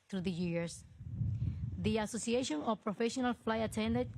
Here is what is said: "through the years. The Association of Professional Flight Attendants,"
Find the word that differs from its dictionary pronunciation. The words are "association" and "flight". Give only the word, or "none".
flight